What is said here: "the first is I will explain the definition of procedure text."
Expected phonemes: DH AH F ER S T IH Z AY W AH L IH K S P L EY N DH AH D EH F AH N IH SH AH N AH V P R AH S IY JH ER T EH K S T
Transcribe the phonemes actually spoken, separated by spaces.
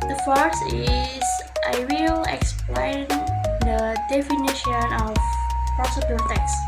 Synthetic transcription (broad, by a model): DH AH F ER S IH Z AY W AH L IH K S P L EY N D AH D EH F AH N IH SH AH N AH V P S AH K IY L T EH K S